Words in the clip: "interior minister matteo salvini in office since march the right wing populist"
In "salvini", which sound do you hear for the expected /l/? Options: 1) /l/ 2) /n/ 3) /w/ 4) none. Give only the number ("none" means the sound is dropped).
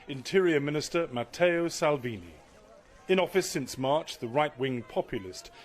1